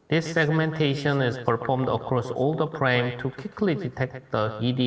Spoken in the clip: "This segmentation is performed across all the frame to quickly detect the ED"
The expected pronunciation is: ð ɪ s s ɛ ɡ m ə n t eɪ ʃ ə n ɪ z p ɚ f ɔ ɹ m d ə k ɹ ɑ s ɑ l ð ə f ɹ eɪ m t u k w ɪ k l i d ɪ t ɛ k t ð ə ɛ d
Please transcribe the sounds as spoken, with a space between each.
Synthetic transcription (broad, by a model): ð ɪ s s ɛ ɡ m ə n t eɪ ʃ ə n ɪ z p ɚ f ɔ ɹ m d ə k ɹ ɑ s ɑ l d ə p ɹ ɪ m t u k w ɪ k l i d ɪ t ɛ k t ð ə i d